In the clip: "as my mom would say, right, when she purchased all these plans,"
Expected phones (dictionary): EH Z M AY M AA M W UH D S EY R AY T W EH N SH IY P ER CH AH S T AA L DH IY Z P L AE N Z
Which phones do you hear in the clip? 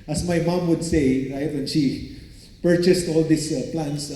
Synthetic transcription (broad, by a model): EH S M AY M AA M W UH D S EY R AY T W EH N SH IY P ER CH AH S T AA L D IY S P L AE N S